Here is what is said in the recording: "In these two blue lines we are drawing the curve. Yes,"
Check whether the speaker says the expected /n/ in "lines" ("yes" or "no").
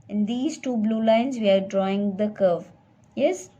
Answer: yes